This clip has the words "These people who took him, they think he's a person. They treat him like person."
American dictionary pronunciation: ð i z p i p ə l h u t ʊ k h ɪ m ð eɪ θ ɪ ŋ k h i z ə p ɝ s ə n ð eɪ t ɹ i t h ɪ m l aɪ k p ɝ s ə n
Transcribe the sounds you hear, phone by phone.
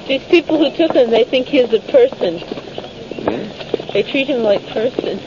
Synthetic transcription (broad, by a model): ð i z p i p l h u t ʊ k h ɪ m ð eɪ θ ɪ ŋ k h i z ə p ɝ s ə n ð eɪ t ɹ i t h ɪ m l aɪ k p ɝ s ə n